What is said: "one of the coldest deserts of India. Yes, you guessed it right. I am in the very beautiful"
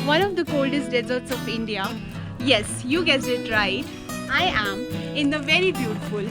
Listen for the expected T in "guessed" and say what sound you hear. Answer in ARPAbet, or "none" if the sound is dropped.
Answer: none